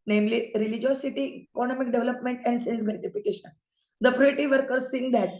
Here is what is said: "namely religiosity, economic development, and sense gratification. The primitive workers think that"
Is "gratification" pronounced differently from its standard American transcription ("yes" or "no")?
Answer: yes